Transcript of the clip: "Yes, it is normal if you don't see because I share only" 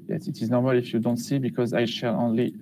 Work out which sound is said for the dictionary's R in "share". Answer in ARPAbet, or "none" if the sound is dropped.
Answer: L